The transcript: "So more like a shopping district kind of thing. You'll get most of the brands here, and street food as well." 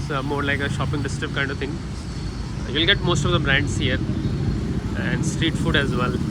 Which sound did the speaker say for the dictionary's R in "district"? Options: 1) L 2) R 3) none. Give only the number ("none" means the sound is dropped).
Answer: 3